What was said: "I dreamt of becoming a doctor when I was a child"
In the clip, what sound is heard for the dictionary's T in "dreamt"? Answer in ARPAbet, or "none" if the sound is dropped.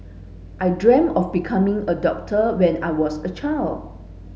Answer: none